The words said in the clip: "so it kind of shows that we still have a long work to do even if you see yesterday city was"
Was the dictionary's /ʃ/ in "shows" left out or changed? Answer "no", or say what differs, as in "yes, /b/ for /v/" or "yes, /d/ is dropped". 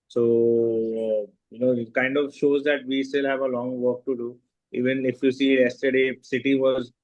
no